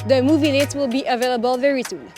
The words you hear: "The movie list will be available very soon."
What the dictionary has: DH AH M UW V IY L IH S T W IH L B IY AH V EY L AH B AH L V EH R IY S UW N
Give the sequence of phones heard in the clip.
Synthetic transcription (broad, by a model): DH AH M UW V IY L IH T W IH L B IY AH V EY L AH B AH L V EH R IY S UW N